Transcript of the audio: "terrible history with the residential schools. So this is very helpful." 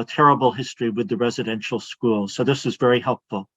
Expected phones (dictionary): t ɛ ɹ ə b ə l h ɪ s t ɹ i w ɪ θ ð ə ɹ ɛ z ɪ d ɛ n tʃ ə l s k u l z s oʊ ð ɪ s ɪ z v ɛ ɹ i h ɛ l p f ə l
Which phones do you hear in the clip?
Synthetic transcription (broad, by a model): t ɛ ɹ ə b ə l h ɪ s t ɹ i w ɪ ð ə ɹ ɛ z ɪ d ɛ n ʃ l s k u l s oʊ ð ɪ s ɪ z v ɛ ɹ i h ɛ l p f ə l